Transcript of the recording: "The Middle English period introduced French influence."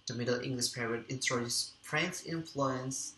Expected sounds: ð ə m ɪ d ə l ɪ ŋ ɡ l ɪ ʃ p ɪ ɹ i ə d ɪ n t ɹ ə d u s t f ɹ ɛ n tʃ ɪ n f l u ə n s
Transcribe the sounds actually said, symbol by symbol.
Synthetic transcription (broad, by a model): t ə m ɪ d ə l ɪ ŋ ɡ l ɪ ʃ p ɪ ɹ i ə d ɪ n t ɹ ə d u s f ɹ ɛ n s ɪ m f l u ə n s